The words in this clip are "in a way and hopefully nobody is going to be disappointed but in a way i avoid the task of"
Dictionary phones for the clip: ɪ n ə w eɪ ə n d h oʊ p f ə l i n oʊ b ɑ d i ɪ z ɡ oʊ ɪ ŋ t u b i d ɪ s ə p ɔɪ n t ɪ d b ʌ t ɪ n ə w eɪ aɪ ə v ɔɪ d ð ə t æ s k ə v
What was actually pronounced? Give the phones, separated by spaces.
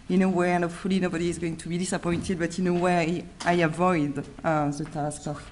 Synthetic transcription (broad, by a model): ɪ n ə w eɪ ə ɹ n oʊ f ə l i n oʊ b ɑ d i ɪ z ɡ oʊ ɪ ŋ t u b i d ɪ s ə p ɔɪ n t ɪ d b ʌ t ɪ n ə w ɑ aɪ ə v ɔɪ d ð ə t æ s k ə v